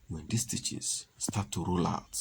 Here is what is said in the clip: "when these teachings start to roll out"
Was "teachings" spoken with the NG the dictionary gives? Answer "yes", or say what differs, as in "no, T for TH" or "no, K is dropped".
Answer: no, NG is dropped